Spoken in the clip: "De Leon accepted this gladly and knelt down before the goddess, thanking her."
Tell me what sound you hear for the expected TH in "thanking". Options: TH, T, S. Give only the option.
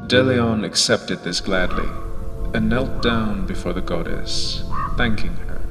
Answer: TH